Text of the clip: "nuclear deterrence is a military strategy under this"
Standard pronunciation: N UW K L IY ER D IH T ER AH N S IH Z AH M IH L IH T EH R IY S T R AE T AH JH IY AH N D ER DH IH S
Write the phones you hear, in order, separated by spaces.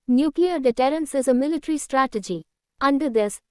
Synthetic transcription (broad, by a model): N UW K L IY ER D IH T ER AH N S IH Z AH M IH L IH T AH R IY S T R AE T AH JH IY AH N D ER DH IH S